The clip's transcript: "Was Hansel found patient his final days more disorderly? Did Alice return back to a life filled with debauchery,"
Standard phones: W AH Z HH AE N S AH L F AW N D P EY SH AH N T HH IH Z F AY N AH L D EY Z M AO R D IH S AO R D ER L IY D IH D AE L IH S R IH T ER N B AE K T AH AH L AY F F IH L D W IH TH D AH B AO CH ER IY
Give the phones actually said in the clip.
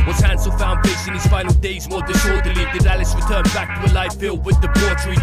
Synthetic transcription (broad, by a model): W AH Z HH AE N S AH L F AW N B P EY S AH N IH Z F AY N L D EY Z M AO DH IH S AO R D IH L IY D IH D AE L IH S R IH T ER N B AE K T AH AH L AY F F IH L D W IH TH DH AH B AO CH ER